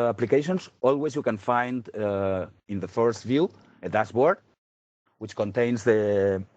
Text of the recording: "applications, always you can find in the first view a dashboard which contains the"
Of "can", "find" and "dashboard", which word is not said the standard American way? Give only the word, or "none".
dashboard